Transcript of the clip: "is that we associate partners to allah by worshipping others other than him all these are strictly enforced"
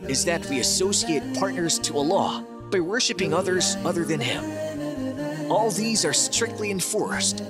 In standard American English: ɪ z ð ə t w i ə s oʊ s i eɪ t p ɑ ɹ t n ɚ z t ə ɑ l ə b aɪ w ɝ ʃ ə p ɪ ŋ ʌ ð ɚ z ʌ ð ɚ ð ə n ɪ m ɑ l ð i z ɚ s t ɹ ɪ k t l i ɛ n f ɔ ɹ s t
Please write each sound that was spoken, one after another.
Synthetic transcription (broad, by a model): ɪ z ð ə t w i ə s oʊ s i eɪ t p ɑ ɹ t n ɚ z t ə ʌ l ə b aɪ w ɝ ʃ ə p ɪ ŋ ʌ ð ɚ z ʌ ð ɚ ð ə n ɪ m ɑ l ð i z ɚ s t ɹ ɪ k t l i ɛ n f ɔ ɹ s t